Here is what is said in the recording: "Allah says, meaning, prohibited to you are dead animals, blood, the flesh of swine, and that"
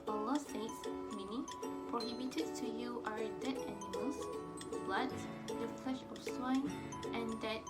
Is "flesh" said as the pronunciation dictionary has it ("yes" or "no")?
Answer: yes